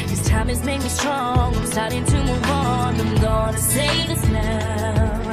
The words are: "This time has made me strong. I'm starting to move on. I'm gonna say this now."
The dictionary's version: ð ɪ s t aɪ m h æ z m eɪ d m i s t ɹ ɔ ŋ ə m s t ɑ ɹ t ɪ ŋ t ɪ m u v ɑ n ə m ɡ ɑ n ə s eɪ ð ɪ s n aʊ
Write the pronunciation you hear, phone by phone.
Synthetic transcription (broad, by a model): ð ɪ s t aɪ m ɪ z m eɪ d m i s t ɹ ɔ ŋ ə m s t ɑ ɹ t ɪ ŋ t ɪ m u w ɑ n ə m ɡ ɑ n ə s eɪ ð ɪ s n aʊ